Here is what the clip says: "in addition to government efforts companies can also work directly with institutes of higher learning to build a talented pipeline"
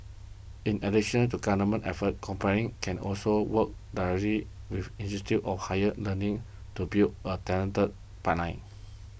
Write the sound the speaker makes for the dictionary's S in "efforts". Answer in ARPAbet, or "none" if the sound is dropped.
none